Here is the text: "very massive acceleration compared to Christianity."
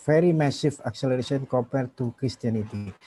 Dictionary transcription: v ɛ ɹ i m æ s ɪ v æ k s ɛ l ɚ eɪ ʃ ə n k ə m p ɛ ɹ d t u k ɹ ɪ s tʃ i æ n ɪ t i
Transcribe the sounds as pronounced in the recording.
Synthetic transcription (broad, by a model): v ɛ ɹ i m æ s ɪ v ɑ k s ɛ l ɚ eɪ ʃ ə n k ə p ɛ ɹ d t u k ɹ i s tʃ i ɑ n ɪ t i